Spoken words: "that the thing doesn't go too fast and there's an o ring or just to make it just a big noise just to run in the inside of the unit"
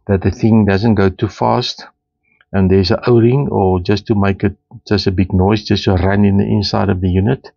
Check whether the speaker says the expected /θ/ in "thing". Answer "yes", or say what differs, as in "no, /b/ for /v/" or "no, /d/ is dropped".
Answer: yes